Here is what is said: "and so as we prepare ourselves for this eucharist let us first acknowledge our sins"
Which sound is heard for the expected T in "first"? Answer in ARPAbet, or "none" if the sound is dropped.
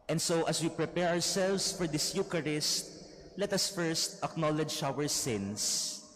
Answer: T